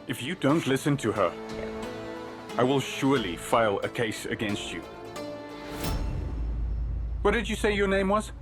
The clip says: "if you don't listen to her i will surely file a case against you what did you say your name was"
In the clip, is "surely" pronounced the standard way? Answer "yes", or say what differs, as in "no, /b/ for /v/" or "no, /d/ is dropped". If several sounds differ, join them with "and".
yes